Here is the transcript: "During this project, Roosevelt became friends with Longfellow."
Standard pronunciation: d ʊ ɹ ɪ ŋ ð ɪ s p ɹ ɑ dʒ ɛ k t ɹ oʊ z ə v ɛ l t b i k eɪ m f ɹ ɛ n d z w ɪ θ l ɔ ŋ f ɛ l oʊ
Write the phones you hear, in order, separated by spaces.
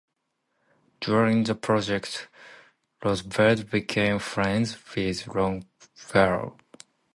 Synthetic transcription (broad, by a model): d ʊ ɹ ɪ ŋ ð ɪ p ɹ ɑ dʒ ɛ k t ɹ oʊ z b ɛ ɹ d b i k eɪ m f ɹ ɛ n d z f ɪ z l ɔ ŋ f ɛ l